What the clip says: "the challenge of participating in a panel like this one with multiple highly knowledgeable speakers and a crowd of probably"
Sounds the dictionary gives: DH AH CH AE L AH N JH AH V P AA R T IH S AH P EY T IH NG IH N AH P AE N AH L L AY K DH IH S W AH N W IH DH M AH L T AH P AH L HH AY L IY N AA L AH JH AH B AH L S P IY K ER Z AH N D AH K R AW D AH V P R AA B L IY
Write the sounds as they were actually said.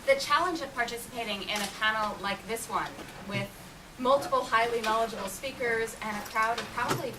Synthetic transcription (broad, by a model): DH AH CH AE L AH N JH AH V P AA R T IH S AH P EY T IH NG IH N AH P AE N L L AY K DH IH S W AH N W IH DH M AH L T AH P L HH AY L IY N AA L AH JH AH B L S P IY K ER Z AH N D AH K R AW D AH V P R AA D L IY